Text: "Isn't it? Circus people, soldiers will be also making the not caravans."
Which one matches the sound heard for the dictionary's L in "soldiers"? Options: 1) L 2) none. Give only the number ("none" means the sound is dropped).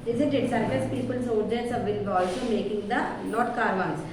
2